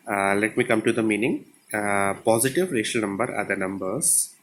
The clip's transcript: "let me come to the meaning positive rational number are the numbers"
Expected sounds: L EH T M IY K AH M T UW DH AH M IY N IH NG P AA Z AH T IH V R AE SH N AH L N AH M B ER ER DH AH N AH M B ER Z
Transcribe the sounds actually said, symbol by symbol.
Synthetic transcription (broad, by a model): L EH T M IY K AH M T UW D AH M IY N IH NG P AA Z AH T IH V R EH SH AH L N AH M B ER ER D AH N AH M B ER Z